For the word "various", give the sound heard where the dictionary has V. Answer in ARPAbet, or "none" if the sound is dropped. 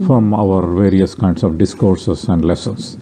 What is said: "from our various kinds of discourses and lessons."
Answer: V